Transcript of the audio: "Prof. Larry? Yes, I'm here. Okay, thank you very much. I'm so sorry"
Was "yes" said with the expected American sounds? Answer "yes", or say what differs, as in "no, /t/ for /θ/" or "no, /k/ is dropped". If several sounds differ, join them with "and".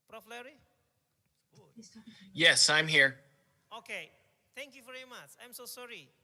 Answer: yes